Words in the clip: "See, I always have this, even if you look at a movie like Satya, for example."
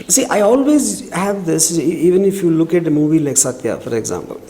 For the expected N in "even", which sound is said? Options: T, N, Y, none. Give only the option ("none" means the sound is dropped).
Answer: N